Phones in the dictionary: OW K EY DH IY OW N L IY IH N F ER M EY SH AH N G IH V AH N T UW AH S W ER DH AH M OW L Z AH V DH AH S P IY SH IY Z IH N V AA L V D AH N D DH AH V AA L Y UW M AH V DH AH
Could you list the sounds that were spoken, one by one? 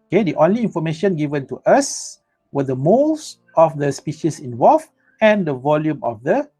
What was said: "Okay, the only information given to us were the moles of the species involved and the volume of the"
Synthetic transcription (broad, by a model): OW K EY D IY OW N L IY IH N F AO M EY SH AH N G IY V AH N T UW AH S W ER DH AH M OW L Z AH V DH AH S P IY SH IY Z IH N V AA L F AH N D AH V AA L Y UW M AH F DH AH